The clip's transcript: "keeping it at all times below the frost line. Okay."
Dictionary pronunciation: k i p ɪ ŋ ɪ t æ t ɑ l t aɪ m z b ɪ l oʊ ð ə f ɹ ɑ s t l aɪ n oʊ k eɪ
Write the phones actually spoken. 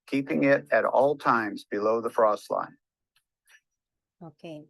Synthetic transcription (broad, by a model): k i p ɪ ŋ ɪ t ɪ t ɑ l t aɪ m z b ɪ l oʊ ð ə f ɹ ɑ s t l aɪ n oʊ k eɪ